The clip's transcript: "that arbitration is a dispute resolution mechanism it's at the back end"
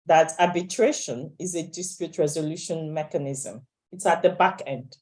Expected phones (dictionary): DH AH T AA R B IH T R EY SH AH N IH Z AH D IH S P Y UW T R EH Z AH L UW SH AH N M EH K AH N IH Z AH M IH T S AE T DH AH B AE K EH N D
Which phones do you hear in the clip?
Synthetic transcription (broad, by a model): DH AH T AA B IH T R EY SH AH N IH Z AH D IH S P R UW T R EH Z AH L UW SH AH N M EH K AH N IH Z AH M IH T S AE T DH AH B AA K EH N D